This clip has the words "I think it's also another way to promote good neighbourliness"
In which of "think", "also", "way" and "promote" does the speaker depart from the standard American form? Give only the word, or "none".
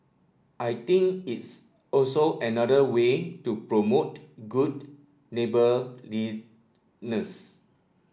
think